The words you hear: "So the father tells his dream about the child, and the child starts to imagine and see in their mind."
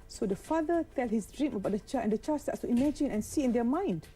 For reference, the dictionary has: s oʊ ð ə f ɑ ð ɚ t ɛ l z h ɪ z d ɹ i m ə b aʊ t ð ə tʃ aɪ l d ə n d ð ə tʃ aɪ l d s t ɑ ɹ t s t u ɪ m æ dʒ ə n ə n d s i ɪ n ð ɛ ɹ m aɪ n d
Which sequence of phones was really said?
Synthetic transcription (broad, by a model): s oʊ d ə f ɑ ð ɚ t ɛ l h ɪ s d ɹ i m ə b aʊ t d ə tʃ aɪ ə n d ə tʃ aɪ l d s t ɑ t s t u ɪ m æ dʒ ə n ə n s i ɪ n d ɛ m aɪ n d